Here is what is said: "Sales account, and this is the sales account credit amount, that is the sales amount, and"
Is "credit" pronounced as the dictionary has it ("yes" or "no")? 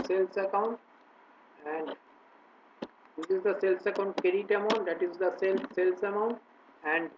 no